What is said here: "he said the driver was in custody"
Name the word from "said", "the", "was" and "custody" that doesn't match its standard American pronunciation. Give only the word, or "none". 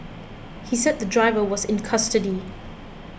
none